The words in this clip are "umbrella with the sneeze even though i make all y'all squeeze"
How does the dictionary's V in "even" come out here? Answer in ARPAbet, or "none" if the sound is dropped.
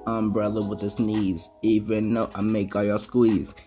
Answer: V